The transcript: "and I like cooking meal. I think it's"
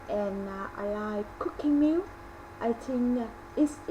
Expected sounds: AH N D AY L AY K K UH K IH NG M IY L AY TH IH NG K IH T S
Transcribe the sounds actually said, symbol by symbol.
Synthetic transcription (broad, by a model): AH N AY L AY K K UH K IH NG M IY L AY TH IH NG IH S